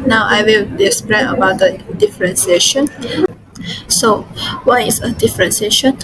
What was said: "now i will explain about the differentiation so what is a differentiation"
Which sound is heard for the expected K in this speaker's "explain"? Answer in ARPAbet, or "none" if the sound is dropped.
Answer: none